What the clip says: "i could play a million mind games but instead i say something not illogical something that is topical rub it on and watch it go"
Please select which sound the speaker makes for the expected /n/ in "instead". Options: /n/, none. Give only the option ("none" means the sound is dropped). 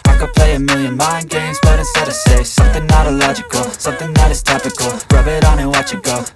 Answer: none